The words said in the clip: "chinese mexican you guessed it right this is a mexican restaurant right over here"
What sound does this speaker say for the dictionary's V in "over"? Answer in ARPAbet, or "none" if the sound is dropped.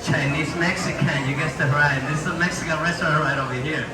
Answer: V